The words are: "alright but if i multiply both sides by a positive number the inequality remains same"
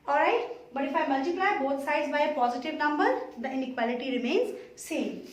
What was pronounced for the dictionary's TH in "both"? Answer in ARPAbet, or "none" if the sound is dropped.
T